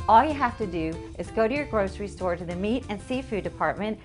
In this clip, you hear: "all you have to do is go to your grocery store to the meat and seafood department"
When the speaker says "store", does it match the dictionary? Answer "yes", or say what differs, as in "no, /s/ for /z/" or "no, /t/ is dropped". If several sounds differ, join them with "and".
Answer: yes